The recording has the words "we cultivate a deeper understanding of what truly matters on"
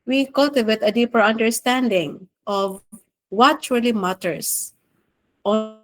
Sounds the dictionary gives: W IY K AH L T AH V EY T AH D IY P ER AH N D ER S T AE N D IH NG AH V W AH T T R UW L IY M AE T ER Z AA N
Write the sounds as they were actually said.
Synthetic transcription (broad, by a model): W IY K AH L T AH V EY T AH D IY P ER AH N D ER S T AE N D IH NG AH V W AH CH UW L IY M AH T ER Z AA